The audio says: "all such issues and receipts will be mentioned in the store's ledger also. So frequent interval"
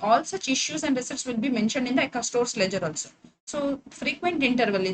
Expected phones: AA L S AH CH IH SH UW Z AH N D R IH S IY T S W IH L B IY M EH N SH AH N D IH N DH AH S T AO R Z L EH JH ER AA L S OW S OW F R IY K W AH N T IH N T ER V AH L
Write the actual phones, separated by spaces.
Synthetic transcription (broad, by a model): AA L S AH CH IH SH UW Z AH N D R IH S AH T S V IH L B IY M EH N SH AH N D IH N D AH S T AO R S L EH JH ER AA L S OW S OW F R IY K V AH N T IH N T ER V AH L